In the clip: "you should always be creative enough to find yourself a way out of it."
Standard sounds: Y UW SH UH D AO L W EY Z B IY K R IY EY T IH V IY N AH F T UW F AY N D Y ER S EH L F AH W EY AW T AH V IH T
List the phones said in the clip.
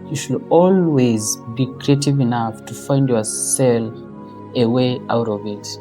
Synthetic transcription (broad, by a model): Y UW SH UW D AO L W EY Z B IY K R IY EY T IH V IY N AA F T UW F AY N D Y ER S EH L AH W EY AW T AH V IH T